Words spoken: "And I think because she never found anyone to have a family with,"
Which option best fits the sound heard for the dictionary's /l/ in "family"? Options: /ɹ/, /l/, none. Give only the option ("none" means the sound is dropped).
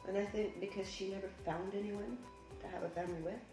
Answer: none